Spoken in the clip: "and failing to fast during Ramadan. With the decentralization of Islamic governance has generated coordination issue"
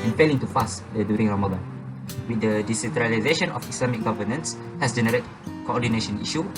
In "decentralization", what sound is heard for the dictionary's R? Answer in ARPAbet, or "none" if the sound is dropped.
R